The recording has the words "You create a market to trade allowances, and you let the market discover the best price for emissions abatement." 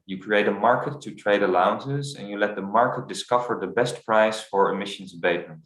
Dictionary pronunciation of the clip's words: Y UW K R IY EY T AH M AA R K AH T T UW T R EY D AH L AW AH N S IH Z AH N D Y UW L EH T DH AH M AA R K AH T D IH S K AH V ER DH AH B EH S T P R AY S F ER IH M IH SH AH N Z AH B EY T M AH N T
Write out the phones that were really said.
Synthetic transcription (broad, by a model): Y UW K R IY EY T AH M AA R K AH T T UW T R EY D AH L AW AH N S IH Z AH N Y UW L EH T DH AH M AA R K AH T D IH S K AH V ER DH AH B EH S T P R AY S F ER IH M IH SH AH N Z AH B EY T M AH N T